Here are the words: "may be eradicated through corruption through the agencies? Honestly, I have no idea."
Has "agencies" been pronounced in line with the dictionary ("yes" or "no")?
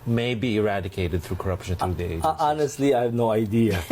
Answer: no